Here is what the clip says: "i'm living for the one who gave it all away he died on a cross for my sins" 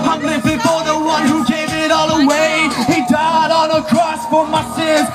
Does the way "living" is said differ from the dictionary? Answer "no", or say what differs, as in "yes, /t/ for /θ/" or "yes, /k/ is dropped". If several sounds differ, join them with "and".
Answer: yes, /b/ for /v/